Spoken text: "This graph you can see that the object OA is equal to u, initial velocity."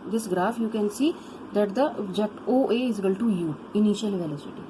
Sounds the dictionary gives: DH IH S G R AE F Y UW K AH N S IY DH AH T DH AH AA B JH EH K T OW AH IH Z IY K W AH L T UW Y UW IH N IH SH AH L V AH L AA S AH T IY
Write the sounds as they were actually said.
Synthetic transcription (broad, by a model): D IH S G R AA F Y UW K AH N S IY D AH T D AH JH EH T OW AH IH Z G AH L T UW Y UW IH N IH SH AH L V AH L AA S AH T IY